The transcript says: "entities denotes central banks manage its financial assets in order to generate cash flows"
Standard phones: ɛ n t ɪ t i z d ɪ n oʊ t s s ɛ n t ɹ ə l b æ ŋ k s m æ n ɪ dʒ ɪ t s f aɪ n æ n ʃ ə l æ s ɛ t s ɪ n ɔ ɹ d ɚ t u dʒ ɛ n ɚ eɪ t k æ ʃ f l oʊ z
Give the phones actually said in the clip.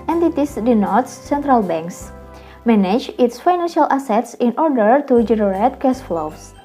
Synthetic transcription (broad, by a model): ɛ n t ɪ t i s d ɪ n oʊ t s s ɛ n t ɹ ə l b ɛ ŋ k s m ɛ n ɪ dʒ ɪ t s f aɪ n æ n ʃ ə l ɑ s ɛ t s ɪ n ɔ ɹ d ɚ t u dʒ ɛ n ɚ eɪ t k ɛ s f l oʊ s